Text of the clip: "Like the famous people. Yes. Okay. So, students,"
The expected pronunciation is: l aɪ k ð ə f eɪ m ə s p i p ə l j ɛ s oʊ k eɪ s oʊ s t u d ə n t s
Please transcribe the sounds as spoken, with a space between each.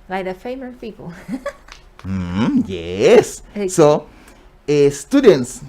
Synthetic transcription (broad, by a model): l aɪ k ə f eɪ m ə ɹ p i p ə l j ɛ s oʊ eɪ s s t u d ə n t s